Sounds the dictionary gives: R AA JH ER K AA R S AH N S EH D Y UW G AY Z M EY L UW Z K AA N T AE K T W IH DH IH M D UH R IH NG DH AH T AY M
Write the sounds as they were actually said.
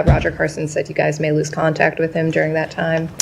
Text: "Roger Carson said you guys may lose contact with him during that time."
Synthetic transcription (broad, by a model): R AA JH ER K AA R S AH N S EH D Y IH G AY Z M EY L UW Z K AA N T AE K T W IH DH IH M D UH R IH NG DH AH T AY M